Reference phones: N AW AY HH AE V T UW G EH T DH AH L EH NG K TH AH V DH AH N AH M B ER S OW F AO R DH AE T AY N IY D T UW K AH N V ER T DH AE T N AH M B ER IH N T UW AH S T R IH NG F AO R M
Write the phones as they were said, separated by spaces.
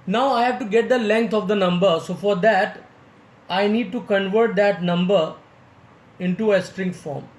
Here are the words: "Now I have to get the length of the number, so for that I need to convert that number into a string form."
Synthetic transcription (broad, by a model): N AW AY HH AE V T UW G EH T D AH L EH NG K T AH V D AH N AH M B ER S OW F AO R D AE T AY N IY D T UW K AH N V ER T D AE T N AH M B ER IH N T UW AH S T R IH NG F AO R M